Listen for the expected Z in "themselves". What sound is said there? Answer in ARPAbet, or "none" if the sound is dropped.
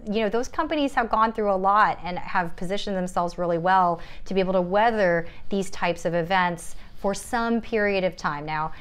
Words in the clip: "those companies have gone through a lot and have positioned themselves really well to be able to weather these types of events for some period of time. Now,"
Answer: Z